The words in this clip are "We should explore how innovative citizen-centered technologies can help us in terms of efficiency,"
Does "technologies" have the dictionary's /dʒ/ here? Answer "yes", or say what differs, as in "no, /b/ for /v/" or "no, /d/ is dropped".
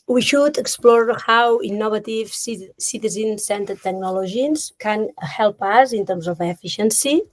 no, /ʒ/ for /dʒ/